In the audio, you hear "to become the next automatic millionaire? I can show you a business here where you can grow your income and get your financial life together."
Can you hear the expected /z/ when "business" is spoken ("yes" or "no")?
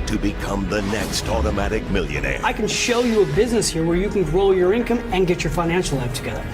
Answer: yes